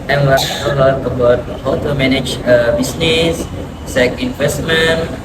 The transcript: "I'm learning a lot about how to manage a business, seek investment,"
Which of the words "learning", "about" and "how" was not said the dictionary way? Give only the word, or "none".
learning